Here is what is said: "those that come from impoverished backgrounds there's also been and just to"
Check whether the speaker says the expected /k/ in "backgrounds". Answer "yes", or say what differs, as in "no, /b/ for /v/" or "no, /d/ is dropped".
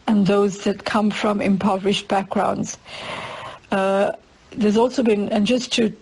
yes